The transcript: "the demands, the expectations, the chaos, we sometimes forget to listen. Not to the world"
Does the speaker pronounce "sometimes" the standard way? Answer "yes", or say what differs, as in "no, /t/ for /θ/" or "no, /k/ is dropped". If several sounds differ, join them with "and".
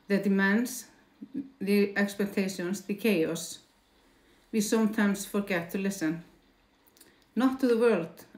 no, /s/ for /z/